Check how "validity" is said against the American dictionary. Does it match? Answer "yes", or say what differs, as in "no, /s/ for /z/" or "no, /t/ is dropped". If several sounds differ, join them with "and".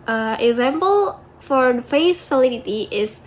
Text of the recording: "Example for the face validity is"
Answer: no, /f/ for /v/